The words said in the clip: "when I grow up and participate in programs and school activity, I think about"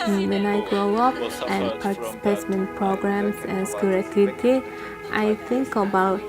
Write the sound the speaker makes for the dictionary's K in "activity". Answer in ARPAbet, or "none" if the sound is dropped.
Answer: none